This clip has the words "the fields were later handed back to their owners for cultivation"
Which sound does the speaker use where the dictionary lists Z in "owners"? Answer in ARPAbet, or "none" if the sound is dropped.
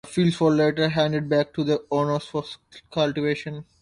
S